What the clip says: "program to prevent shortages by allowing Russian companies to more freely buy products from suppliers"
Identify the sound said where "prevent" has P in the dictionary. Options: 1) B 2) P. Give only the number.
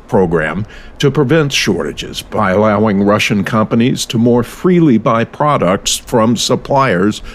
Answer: 2